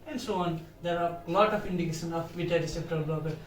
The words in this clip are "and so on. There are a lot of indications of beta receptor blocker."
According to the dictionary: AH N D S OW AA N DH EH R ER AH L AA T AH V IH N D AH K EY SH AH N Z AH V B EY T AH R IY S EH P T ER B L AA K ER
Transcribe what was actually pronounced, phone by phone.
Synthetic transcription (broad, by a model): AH N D S OW AA N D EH R AH L AA T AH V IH N D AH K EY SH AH N AH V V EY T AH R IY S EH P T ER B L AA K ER